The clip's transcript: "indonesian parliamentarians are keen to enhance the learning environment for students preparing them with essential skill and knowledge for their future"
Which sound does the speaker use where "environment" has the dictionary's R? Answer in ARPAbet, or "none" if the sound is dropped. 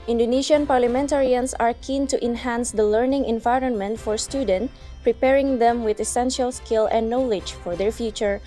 R